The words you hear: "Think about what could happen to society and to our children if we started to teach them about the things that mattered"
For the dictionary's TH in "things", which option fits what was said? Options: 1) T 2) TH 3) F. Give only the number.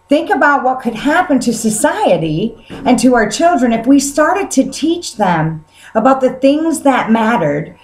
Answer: 2